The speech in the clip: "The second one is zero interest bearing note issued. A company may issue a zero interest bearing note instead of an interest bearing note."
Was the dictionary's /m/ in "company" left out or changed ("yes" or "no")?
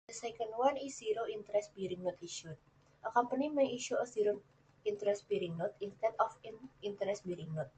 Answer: yes